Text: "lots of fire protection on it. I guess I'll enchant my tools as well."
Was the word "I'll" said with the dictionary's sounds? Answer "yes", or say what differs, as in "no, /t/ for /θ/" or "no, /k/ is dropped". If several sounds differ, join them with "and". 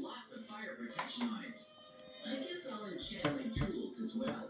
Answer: no, /n/ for /l/